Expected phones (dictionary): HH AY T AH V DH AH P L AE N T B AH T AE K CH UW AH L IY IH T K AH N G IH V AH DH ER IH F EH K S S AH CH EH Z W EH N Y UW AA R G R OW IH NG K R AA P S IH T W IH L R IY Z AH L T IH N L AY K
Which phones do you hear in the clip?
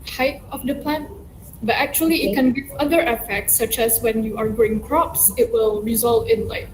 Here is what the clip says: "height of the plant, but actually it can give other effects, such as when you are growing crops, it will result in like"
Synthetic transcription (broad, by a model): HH AY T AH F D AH P L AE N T B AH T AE K CH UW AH L IY IH T K AH N G IH V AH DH ER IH F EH K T S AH CH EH S W EH N Y UW AA R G OW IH NG K R AA P S IH T W IH L R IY Z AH L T IH N L AY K